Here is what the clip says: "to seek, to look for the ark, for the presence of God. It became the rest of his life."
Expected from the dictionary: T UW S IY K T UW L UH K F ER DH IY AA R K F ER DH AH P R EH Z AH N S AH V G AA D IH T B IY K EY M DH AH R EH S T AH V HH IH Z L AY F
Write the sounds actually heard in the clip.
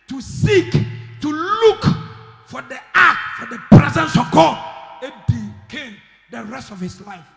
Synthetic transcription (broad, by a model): T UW S IY K T UW L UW K F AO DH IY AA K F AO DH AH P R EH Z AH N S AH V G AA D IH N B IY K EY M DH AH R EH S T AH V HH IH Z L AY F